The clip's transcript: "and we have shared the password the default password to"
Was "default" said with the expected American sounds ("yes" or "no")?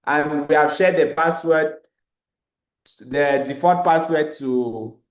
no